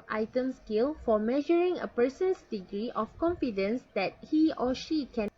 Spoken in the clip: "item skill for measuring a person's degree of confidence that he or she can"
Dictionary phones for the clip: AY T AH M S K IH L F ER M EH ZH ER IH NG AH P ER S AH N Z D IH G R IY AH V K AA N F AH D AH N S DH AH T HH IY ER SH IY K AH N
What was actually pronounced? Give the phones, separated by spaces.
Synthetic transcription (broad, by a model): AY T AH M S K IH L F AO M EH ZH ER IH NG AH P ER S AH N S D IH G R IY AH F K AA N F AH D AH N S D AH T HH IY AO SH IY K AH